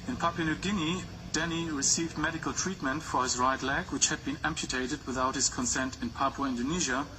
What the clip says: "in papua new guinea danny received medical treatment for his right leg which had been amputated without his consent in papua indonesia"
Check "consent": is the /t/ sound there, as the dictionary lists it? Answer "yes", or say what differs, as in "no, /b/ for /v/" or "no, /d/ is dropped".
yes